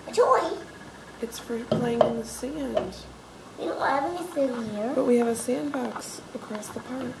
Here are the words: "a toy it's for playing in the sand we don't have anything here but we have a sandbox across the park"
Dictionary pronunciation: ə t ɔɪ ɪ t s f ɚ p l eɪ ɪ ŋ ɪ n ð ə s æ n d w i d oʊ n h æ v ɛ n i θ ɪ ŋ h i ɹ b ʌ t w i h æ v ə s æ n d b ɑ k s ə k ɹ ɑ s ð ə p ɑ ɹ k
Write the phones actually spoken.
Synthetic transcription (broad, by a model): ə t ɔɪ ɪ t s f ɚ p l eɪ ɪ ŋ ɪ n ð ə s æ n d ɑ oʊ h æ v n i s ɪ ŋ h i ɹ b ʌ t w i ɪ v ə s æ n b ɑ k s ə k ɹ ɑ s ð ə p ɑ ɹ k